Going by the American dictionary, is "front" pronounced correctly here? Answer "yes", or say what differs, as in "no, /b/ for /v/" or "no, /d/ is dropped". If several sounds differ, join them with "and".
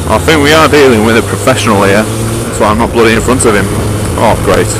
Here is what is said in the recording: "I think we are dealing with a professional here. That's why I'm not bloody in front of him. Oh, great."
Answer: yes